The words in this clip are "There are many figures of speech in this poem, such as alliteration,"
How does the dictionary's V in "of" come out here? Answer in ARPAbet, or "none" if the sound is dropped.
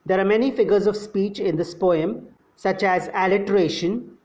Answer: V